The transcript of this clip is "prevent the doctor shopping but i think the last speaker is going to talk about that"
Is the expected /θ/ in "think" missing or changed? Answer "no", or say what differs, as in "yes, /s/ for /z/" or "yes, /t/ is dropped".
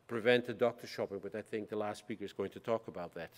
no